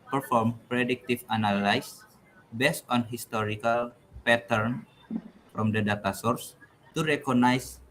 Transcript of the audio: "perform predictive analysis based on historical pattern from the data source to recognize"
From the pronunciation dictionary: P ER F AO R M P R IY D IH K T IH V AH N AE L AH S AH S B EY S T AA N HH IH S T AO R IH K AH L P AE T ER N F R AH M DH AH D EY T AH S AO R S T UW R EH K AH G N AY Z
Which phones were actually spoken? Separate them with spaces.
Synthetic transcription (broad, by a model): P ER F AO R M P R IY D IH K T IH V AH N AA L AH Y S B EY S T AA N HH IH S T AO R IH K AH L P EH T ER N F R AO M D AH D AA T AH S AO R S T UW R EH K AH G N AY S